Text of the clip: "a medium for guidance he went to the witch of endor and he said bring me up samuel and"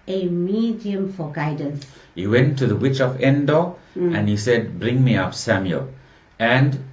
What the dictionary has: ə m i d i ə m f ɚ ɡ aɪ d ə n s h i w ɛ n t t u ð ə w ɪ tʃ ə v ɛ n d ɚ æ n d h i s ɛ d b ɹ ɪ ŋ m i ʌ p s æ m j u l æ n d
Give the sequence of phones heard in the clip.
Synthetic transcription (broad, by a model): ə m i d i ə m f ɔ ɡ aɪ d ə n s h i w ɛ n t t u ð ə w ɪ tʃ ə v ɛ n d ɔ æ n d h i s ɛ d b ɹ ɪ ŋ m i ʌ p s æ m j u l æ n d